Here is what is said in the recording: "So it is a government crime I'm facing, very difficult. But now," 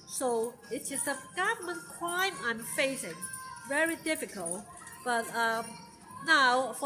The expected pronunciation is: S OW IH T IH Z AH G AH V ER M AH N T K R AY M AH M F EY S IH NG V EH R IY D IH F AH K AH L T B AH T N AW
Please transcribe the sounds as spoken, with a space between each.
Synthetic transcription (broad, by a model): S OW IH T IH S AH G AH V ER M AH N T K R AY M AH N F EY S IH NG V EH R IY D IH F AH K AH L T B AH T N AW